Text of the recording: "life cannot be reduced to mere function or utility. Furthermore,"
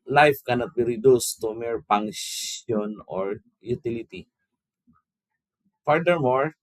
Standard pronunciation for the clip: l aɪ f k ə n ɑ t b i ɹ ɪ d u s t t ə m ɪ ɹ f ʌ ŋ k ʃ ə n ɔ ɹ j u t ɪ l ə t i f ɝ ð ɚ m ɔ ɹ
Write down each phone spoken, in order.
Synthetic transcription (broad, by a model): l aɪ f k ə n ɑ t b i ɹ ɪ d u s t t ə m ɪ ɹ p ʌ ŋ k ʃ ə n ɔ ɹ j u t ɪ l ə t i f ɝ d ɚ m ɔ ɹ